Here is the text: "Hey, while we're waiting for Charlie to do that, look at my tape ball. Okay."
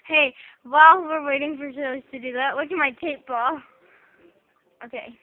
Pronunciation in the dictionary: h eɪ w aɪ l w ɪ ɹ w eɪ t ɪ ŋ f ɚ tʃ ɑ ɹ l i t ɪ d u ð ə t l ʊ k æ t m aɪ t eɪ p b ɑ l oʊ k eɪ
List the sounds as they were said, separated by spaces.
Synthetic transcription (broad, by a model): h eɪ w aɪ l w ɪ ɹ w eɪ t ɪ ŋ f ɚ ʃ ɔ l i t ɪ d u ð ə t w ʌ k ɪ m aɪ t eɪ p b ɑ l oʊ k eɪ